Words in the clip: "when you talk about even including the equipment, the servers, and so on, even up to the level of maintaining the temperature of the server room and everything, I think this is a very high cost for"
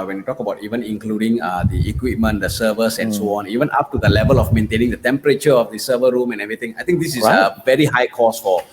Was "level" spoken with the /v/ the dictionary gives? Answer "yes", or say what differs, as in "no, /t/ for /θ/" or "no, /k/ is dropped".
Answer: yes